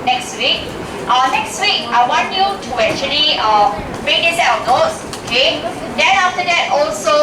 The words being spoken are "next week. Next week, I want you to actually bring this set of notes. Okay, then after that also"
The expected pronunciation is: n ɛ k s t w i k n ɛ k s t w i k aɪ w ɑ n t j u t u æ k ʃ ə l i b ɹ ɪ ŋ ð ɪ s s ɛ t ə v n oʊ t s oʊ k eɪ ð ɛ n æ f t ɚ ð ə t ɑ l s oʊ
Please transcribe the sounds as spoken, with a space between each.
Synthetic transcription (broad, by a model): n ɛ k s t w i k n ɛ k s t w i k aɪ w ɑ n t j u t u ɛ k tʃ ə l i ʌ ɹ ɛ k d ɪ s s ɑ ə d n oʊ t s oʊ k eɪ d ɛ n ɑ f t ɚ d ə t ɑ l s oʊ